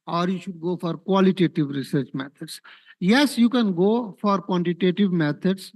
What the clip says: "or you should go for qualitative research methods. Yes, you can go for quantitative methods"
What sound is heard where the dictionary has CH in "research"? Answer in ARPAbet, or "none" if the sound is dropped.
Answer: CH